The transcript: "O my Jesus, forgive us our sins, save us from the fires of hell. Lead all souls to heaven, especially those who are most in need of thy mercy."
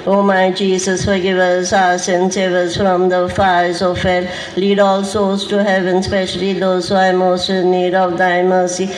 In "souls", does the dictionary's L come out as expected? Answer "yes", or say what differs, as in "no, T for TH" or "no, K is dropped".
no, L is dropped